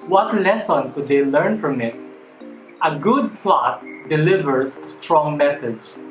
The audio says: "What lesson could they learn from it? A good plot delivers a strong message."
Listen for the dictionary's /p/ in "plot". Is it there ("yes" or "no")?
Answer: yes